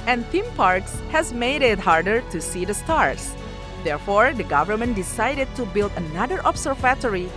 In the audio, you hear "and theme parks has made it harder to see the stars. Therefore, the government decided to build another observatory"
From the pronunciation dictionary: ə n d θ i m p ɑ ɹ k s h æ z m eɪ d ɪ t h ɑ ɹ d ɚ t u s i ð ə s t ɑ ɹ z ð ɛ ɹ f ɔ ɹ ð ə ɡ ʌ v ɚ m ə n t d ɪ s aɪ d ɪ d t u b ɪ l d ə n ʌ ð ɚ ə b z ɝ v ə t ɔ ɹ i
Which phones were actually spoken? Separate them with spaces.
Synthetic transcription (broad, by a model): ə n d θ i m p ɑ ɹ k s h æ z m eɪ d ɪ t h ɑ ɹ d ɚ t u s i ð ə s t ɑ ɹ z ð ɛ ɹ f ɔ ɹ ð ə ɡ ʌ v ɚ m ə n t d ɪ s aɪ d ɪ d t u b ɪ l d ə n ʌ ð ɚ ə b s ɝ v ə t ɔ ɹ i